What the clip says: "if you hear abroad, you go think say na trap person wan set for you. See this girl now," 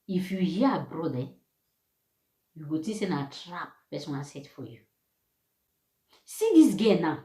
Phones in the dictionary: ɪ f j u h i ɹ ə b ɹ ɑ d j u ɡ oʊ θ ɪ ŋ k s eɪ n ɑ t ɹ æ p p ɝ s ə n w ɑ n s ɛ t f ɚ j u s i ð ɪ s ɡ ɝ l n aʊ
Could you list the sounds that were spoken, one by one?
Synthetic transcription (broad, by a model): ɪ f j u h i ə b ɹ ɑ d j u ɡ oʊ t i s eɪ n ɑ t ɹ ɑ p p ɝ s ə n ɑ s ɛ t f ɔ j u s i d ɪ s ɡ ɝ n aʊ